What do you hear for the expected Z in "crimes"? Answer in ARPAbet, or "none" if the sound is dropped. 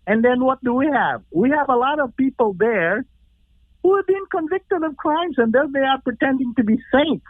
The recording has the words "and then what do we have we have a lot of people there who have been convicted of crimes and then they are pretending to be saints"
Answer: Z